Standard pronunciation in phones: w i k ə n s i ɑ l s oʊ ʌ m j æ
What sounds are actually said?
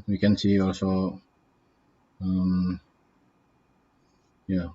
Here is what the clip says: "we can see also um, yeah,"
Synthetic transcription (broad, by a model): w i k ə n s i ɑ l s oʊ ʌ m j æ